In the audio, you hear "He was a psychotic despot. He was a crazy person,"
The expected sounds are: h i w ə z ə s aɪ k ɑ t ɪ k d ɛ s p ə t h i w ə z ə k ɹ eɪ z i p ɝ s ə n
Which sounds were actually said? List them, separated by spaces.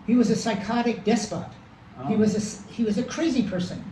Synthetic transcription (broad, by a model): h i w ə z ə s aɪ k ɑ t ɪ k d ɛ s p ə t h i w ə z ə k ɹ eɪ z i p ɝ s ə n